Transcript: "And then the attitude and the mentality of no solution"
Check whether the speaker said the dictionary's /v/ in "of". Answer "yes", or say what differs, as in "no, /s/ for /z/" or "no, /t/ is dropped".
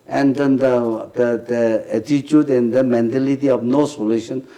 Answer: no, /f/ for /v/